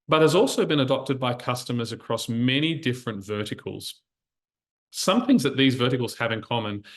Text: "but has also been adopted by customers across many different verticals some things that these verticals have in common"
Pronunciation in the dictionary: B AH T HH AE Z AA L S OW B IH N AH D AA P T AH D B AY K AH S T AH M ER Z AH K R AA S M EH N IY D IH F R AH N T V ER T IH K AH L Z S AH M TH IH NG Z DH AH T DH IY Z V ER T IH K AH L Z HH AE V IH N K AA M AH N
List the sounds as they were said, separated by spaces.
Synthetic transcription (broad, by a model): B AH T HH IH Z AA L S OW B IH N AH D AA P T AH D B AY K AH S T AH M ER Z AH K R AA S M EH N IY D IH F R AH N T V ER T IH K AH L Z S AH M TH IH NG Z DH AH T DH IY Z V ER T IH K L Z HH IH V IH N K AA M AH N